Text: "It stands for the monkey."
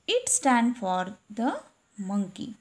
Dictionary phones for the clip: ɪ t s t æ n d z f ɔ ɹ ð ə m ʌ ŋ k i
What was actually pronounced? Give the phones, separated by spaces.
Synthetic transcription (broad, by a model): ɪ t s t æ n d f ɔ ɹ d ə m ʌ ŋ k i